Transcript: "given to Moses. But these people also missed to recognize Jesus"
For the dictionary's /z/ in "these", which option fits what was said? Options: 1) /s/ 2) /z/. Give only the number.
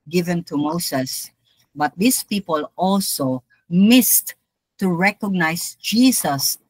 1